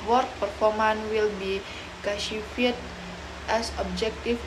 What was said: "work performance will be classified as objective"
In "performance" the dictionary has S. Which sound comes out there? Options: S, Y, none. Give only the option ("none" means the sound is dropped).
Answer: none